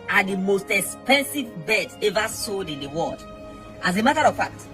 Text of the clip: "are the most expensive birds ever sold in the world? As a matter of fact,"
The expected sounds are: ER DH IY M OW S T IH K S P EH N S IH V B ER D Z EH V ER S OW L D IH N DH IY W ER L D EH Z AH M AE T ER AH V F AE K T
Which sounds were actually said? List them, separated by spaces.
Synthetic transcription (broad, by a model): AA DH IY M OW S T IH K S P EH N S IH V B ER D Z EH V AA S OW D IH N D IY W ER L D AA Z AH M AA T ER AH V F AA K T